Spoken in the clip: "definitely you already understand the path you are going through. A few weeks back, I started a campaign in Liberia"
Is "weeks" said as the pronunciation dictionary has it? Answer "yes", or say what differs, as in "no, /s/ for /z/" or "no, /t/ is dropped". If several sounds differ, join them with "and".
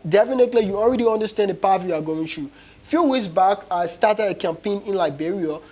no, /k/ is dropped